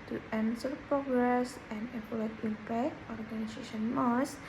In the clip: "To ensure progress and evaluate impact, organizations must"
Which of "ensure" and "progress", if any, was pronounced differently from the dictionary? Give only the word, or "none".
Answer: ensure